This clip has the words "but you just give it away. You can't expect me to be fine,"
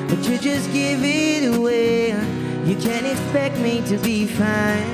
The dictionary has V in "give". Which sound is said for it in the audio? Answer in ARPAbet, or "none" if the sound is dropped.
V